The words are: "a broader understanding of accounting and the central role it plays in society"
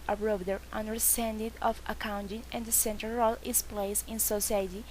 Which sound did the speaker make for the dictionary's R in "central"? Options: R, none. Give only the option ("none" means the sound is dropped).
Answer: none